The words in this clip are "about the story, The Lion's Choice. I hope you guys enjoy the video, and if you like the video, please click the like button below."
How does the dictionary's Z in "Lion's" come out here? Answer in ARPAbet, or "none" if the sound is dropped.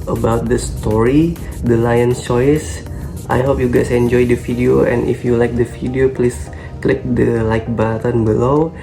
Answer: none